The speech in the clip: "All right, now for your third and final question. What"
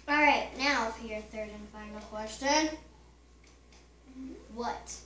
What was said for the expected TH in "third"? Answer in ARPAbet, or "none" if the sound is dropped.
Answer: TH